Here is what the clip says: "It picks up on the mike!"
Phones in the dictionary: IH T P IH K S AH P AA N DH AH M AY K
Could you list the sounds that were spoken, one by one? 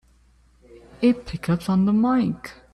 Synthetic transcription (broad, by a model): IH T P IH K AH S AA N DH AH M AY K